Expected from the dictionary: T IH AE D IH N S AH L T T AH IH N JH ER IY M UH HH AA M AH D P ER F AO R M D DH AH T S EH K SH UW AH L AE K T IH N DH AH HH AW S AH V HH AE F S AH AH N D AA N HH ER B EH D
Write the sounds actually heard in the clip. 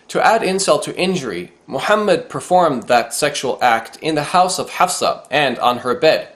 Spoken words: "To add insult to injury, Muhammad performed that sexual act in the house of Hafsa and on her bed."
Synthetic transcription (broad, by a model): T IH AE D IH N S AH L T T IH N JH ER IY M UH HH AA M AH D P ER F AO R M DH AH T S EH K SH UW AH L AE K T IH N DH AH HH AW S AH V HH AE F S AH AH N D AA N ER B EH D